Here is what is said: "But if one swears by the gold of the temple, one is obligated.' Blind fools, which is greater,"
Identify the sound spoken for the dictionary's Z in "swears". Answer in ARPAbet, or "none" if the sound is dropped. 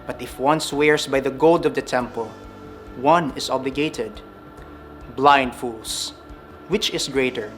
S